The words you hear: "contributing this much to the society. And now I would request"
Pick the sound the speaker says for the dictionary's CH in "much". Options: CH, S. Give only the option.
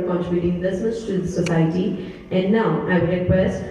S